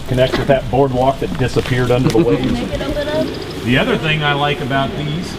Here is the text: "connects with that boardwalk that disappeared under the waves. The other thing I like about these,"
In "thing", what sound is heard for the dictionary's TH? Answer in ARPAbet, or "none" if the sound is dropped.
TH